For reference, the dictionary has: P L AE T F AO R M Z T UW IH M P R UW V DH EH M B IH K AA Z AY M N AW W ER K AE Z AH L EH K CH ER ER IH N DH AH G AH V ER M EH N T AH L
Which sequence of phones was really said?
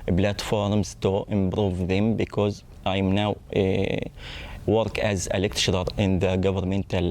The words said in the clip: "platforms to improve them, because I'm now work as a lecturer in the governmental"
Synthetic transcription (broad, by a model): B L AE T F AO R M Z T UW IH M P R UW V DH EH M B IH K AA Z AY M N AW W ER K AE Z AH L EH K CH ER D IH N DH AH G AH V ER M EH N T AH L